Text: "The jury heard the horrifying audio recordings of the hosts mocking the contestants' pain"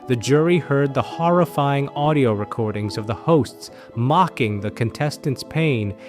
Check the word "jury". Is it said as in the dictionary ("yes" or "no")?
yes